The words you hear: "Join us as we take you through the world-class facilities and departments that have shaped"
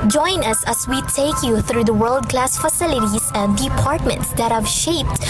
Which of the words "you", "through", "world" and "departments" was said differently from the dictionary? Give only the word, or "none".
none